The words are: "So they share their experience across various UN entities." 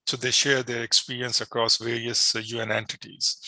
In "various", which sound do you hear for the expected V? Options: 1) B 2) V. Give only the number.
2